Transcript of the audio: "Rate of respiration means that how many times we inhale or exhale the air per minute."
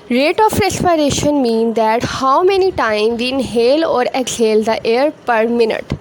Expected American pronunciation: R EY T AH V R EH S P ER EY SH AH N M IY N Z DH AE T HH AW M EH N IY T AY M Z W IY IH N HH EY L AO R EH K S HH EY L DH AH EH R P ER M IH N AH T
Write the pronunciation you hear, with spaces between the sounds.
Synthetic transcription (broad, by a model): R EY T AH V R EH S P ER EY SH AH N M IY N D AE T HH AW M EH N IY T AY M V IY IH N HH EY L AO R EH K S HH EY L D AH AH R P ER M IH N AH T